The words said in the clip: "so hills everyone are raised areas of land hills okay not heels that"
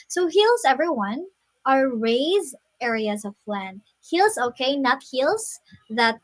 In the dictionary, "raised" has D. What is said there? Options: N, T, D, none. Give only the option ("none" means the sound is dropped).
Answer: none